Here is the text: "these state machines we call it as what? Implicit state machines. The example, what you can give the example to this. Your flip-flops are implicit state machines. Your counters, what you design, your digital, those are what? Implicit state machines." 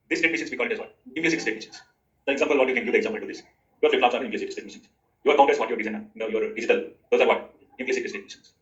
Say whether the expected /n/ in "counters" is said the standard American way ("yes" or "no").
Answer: no